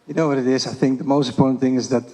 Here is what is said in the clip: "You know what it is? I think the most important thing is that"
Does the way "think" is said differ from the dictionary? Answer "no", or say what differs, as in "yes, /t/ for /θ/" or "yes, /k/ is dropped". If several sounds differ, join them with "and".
no